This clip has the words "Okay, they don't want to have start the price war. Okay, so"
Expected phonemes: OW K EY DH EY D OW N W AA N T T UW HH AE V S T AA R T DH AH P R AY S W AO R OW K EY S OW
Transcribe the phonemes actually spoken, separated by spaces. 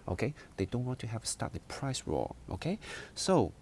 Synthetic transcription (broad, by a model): OW K EY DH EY D OW N W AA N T T UW HH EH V S T AA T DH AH P R AY S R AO L OW K EY S OW